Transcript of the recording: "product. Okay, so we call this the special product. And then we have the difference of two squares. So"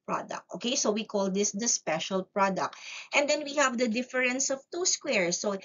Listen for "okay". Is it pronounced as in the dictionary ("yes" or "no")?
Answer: yes